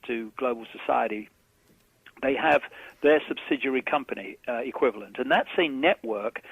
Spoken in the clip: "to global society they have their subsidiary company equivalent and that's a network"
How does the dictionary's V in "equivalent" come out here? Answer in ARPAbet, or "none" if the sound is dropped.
V